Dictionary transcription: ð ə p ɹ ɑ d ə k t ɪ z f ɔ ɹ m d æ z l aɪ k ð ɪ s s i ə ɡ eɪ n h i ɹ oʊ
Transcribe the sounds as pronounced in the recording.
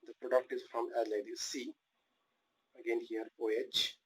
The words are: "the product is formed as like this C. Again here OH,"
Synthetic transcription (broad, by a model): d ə p ɹ ɑ d ə k t ɪ z f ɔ m æ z l aɪ k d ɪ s s i ə ɡ eɪ n h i ɹ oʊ